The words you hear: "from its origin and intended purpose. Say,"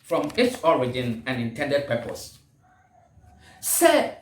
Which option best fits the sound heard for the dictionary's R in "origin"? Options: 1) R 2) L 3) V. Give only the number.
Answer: 1